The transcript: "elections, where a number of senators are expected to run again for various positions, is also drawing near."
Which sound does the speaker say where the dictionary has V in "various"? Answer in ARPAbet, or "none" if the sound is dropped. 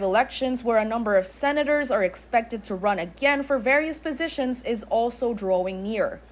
V